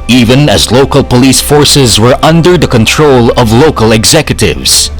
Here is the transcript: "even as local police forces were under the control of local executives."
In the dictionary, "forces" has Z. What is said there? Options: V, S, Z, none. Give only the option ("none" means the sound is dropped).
Z